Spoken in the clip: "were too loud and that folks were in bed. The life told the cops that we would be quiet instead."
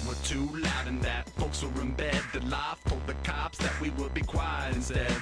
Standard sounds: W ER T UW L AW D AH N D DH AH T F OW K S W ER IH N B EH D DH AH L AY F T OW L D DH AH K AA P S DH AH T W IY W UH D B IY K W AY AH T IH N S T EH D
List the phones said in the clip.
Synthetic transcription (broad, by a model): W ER T UW L AW D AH N DH AH T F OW K S W ER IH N B EH D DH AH L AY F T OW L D DH AH K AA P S DH AH T W IY W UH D B IY K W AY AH IH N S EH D